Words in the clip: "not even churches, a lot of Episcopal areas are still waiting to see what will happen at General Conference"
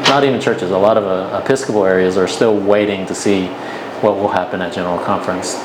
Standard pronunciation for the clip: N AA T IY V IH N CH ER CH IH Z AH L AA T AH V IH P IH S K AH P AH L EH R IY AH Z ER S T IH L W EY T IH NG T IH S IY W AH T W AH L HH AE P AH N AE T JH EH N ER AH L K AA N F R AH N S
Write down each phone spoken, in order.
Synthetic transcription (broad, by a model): N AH T IY V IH N CH ER CH IH Z AH L AA T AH V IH P IH S K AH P L EH R IY AH Z ER S T IH L W EY T IH NG T IH S IY W AH T W AH L HH AE P AH N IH T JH EH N ER L K AA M F R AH N S